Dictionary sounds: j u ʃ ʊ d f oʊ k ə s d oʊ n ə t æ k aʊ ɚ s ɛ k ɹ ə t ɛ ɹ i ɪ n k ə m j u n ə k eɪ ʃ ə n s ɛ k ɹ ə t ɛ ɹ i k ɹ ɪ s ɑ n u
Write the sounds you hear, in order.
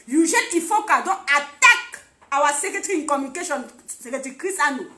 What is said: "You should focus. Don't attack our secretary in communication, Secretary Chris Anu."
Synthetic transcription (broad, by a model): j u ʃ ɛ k f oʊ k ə d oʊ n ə t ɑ k aʊ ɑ s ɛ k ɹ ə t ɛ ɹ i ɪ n k ə m j u n ə k eɪ ʃ ə n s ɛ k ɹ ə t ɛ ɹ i k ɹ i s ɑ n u